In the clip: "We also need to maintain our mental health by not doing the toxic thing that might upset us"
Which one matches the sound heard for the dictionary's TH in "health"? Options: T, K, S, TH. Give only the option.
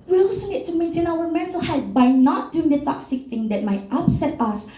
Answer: T